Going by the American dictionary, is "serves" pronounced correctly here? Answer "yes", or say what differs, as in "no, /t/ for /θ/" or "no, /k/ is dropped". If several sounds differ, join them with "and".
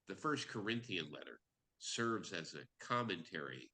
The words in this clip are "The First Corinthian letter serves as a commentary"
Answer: yes